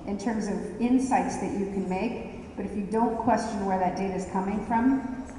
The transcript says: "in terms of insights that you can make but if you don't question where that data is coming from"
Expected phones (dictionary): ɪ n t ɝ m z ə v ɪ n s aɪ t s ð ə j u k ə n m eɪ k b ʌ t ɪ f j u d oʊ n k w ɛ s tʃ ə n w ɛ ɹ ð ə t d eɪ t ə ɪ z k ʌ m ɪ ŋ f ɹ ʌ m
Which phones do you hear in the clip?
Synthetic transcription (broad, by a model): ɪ n t ɝ m z ə v ɪ n s aɪ t s ð ə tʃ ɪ k ə n m eɪ k b ʌ t ɪ f j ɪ d oʊ n k w ɛ s tʃ ə n w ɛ ɹ ð ə t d eɪ t ɪ z k ʌ m ɪ ŋ f ɹ ʌ m